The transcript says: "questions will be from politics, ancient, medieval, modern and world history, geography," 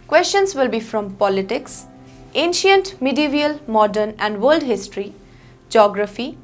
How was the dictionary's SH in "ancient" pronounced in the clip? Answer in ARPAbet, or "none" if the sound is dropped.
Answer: SH